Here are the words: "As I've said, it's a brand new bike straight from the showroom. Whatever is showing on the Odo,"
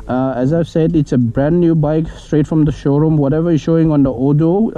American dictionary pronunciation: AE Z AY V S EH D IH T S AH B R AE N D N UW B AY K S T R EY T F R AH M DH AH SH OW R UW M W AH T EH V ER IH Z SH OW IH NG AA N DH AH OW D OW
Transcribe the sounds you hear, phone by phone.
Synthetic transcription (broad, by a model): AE Z AY V S EH D IH T S AH B R AE N D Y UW B AY K S T R EY T F R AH M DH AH SH OW R UW M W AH T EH V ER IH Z SH OW IH NG AA N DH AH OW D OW